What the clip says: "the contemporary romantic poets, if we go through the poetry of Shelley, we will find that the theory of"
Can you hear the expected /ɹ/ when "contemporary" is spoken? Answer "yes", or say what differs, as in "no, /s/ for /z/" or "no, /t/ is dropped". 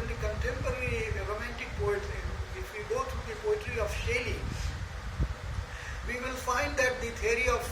no, /l/ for /ɹ/